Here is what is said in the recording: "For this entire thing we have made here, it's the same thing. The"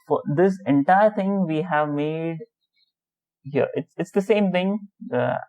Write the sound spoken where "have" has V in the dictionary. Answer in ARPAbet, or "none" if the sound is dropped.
V